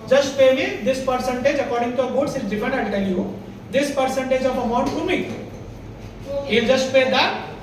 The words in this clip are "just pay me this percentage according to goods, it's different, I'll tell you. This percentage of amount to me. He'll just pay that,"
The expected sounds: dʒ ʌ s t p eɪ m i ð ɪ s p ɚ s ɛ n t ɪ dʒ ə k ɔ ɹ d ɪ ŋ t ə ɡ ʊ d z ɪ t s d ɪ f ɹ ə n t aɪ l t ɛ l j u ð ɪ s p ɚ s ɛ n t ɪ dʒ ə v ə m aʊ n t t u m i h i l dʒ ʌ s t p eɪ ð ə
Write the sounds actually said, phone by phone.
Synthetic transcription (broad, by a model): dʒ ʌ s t p eɪ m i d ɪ s p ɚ s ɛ n t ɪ dʒ ə k ɔ ɹ d ɪ ŋ t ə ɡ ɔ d s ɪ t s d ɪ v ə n aɪ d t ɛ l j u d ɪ s p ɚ s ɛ n t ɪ dʒ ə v ə m aʊ n t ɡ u m i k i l dʒ ʌ s t p eɪ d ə